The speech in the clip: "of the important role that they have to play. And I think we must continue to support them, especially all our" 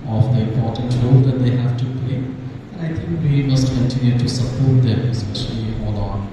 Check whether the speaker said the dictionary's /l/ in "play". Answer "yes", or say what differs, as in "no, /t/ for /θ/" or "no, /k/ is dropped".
no, /l/ is dropped